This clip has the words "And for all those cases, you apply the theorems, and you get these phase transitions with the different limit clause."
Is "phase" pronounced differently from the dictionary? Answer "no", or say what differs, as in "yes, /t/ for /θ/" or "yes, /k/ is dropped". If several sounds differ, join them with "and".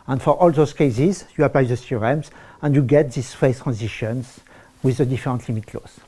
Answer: yes, /z/ is dropped